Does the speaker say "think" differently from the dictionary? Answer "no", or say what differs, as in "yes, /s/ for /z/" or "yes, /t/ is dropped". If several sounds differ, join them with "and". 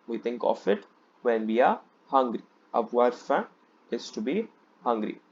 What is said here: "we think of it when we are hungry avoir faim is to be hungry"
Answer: yes, /t/ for /θ/